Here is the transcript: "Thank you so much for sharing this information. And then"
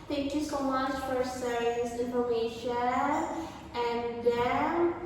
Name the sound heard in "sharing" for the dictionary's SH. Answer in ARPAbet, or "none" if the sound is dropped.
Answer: S